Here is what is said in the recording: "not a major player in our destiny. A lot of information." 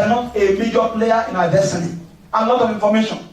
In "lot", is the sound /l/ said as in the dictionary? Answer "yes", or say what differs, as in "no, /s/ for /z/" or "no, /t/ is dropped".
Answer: no, /n/ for /l/